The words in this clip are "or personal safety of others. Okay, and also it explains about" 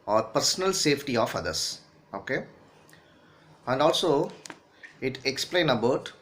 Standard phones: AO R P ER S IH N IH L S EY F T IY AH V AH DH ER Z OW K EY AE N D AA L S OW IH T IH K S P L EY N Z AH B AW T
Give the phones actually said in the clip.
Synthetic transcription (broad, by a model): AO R P ER S IH N IH L S EY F T IY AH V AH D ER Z OW K EY AE N D AA L S OW IH T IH K S P L EY N AH B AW T